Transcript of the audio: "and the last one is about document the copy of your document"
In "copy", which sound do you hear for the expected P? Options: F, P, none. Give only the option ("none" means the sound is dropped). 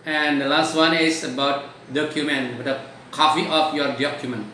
F